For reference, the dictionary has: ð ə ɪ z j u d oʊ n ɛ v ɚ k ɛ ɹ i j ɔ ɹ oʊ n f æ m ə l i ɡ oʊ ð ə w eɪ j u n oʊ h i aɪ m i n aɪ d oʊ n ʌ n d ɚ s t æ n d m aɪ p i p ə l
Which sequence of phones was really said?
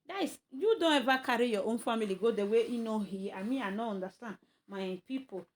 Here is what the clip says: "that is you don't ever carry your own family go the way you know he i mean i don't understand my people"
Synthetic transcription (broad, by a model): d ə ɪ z j u d oʊ n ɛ v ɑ k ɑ ɹ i j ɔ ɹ oʊ n f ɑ m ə l i ɡ oʊ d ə w eɪ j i n oʊ h i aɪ m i aɪ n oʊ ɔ n d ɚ s t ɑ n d m aɪ p i p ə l